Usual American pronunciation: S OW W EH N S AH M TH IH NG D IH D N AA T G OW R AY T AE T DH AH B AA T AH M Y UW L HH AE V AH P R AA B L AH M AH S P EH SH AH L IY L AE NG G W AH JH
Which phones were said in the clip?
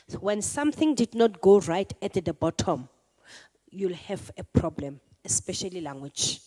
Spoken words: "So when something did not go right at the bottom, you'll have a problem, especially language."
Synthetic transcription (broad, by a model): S W EH N S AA M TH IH NG D IH D N AA T G OW R AY T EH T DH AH B AA T AH M Y UW L HH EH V AH P R AA B L AH M AH S P EH SH AH L IY L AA NG G W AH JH